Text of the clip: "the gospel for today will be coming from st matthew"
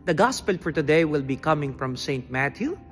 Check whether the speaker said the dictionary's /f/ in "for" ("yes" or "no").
yes